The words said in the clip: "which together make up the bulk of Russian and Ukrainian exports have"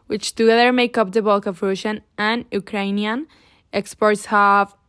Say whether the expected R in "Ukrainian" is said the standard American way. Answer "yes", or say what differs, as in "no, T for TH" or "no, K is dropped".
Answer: yes